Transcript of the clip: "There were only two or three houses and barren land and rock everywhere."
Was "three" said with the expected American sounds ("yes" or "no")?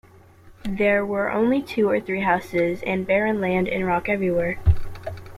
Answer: yes